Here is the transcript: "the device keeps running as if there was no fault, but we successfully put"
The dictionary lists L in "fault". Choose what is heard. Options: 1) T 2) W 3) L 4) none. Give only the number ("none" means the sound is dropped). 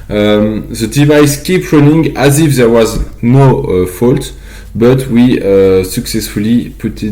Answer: 3